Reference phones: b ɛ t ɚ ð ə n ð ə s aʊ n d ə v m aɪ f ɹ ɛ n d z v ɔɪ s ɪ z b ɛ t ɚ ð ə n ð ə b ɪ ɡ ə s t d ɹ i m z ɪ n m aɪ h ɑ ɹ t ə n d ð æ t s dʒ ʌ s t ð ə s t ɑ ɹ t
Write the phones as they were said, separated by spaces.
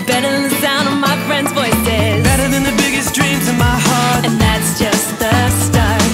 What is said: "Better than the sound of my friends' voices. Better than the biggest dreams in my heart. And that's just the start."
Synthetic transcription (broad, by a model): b ɛ t ɚ ð ə n ð ə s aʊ n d ə v m aɪ f ɹ ɛ n d z b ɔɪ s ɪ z b ɛ t ɚ ð ə n ð ə b ɪ ɡ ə s d ɹ i m z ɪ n m aɪ h ɑ ɹ t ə n ð æ t s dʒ ʌ s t ð ə s t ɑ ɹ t